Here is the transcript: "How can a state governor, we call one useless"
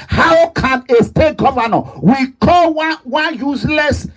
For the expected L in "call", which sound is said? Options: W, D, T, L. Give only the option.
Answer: W